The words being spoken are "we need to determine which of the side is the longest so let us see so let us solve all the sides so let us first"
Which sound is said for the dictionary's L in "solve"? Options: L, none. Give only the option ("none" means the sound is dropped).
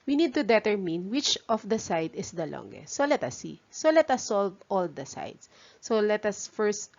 L